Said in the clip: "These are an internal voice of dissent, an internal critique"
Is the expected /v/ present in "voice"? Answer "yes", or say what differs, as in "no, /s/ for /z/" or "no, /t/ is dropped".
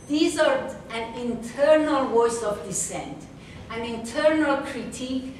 no, /w/ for /v/